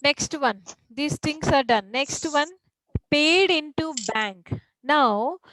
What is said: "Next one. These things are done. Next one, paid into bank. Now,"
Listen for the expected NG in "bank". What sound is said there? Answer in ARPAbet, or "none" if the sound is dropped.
NG